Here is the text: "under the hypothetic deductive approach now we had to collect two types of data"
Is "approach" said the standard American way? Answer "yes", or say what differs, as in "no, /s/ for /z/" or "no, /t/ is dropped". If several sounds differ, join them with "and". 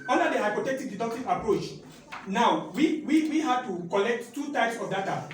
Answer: yes